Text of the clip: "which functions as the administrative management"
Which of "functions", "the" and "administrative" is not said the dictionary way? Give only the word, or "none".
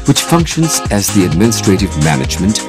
none